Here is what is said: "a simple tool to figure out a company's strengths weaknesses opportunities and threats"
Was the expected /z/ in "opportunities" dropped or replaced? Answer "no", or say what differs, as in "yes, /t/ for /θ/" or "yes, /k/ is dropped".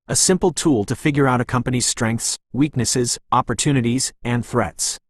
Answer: no